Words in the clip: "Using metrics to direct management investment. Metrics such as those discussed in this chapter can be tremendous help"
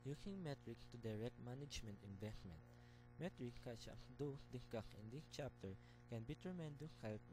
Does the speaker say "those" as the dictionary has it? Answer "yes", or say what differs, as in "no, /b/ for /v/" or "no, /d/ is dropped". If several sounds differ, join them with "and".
no, /z/ is dropped